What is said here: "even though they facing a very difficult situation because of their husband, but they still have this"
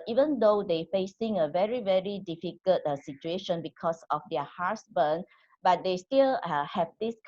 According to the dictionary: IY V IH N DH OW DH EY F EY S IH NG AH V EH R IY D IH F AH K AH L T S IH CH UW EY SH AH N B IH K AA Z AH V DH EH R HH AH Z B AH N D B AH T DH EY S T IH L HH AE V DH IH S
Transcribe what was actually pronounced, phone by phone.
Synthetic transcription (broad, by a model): IY V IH N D OW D EY F EY S IH NG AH V EH R IY D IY F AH K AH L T S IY CH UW EY SH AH N B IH K AA S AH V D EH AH HH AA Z B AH N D B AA T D EY S T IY L HH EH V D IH S